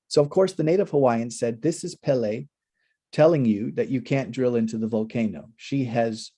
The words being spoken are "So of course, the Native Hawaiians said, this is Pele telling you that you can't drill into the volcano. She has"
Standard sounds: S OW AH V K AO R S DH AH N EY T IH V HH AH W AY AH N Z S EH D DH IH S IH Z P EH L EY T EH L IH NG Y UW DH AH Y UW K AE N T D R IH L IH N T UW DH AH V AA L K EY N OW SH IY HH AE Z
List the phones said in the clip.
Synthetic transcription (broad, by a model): S OW AH V K AO R S DH AH N EY T IH V HH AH W AY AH N S EH D DH IH S IH Z P EH L EY T EH L IH NG Y UW DH AH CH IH K AE N D R IH L IH N T UW DH AH V AA L K EY N OW SH IY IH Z